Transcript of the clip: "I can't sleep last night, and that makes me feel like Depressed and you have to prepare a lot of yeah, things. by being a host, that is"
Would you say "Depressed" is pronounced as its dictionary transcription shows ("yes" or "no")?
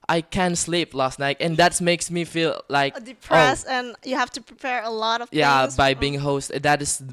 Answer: no